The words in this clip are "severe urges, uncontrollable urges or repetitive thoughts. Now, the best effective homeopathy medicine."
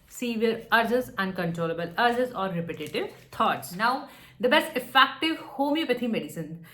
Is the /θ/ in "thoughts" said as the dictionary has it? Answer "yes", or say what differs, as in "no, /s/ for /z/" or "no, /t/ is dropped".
no, /t/ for /θ/